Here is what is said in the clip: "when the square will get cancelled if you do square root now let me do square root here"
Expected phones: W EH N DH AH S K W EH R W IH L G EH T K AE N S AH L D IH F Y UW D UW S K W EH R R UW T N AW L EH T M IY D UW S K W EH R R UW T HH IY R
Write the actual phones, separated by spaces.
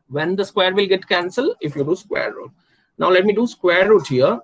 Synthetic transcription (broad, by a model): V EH N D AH S K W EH R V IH L G EH T K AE N S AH L IH F Y UW D UW S K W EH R R UW T N AW L EH T M IY D UW S K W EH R R UW T HH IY R